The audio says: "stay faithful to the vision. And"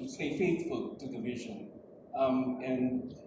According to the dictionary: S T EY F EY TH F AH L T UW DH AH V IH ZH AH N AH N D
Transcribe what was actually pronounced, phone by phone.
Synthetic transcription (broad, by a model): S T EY F EY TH F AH L T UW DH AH V IH ZH AH N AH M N